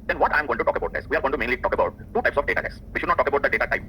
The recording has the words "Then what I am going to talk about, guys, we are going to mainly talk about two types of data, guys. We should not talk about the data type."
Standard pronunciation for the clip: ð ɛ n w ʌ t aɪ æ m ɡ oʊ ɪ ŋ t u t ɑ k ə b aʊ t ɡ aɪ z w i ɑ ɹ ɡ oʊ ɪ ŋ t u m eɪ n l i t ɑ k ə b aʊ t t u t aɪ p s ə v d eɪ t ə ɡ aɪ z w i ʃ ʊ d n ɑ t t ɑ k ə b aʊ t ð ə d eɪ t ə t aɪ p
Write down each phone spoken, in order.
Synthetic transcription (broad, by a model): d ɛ n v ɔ t aɪ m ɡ oʊ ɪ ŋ t u t ɑ k ə b aʊ t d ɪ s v i ɑ ɹ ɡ oʊ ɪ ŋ t u m eɪ n l i t ɑ k ə b aʊ t t u t aɪ p s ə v d eɪ t ə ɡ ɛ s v i ʃ ʊ d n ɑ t t ɑ k ə b aʊ t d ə d eɪ t ə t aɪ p